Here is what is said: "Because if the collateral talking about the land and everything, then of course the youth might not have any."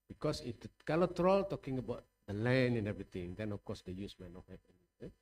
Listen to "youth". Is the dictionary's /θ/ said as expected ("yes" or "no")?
no